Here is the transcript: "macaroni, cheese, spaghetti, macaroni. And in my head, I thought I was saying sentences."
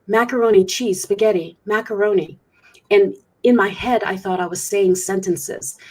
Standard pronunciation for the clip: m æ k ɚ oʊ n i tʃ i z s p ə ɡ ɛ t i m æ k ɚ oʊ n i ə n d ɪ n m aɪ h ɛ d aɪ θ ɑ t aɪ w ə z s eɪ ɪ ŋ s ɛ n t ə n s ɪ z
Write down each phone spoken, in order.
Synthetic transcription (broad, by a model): m æ k ɚ oʊ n i tʃ i s p ə ɡ ɛ t i m æ k ɚ oʊ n i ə n ɪ n m aɪ h ɛ d aɪ θ ɑ t aɪ w ə z s eɪ ɪ ŋ s ɛ n t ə n s ɪ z